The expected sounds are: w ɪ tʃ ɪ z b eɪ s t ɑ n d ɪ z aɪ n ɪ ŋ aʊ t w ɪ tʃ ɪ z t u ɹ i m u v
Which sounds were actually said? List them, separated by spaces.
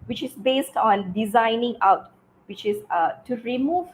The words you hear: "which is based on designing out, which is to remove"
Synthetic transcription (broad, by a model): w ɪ tʃ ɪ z b eɪ s t ɑ n d ɪ z aɪ n ɪ ŋ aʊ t w ɪ tʃ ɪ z t u ɹ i m u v